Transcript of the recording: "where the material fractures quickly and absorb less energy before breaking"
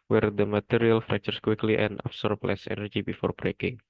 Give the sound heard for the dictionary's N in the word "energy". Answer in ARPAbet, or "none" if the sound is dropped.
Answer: N